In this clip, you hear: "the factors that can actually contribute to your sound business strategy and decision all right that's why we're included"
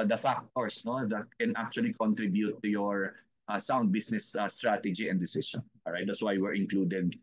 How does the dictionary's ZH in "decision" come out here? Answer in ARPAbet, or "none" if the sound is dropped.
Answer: S